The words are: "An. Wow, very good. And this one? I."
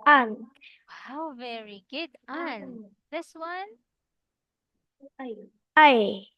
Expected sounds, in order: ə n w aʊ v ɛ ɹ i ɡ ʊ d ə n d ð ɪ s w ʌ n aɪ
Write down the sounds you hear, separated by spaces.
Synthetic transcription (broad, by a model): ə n w aʊ v ɛ ɹ i ɡ ʊ d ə n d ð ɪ s w ʌ n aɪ